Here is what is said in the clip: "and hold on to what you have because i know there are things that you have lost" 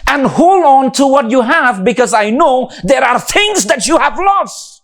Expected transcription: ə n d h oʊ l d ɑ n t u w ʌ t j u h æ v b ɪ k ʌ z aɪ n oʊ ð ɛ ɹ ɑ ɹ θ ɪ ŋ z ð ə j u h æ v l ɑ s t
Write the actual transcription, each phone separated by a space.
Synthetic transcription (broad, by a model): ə n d h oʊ l ɑ n t u w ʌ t j u h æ v b ɪ k ʌ z aɪ n oʊ ð ɛ ɹ ɑ ɹ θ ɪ ŋ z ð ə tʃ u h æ v l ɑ s t